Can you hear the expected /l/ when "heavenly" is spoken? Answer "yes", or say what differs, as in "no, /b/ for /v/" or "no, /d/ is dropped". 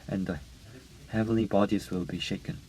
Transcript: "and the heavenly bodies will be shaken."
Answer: yes